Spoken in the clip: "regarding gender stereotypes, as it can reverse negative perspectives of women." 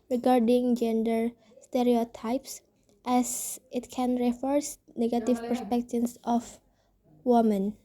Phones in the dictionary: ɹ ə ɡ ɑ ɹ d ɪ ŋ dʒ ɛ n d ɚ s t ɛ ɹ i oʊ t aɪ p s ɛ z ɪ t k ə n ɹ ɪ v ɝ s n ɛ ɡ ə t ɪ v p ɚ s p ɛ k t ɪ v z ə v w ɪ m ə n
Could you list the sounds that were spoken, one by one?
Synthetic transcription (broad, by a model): ɹ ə ɡ ɑ ɹ d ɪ ŋ dʒ ɛ n d ɚ s t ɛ ɹ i oʊ t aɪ p s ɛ s ɪ t k ə n ɹ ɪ f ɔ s n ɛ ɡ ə t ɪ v p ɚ s p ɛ k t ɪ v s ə f w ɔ m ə n